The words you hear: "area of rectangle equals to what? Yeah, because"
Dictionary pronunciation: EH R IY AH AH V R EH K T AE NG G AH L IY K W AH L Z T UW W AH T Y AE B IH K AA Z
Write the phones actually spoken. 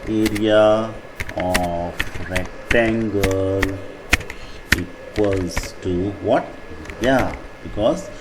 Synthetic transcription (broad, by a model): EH R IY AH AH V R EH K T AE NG G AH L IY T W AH Z T UW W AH T Y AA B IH K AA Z